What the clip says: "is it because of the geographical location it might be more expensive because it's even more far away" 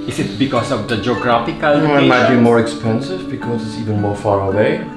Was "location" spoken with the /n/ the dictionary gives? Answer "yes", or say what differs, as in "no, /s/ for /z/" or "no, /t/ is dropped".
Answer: no, /n/ is dropped